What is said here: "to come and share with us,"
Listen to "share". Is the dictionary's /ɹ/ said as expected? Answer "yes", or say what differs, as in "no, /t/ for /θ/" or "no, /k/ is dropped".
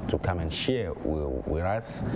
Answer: no, /w/ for /ɹ/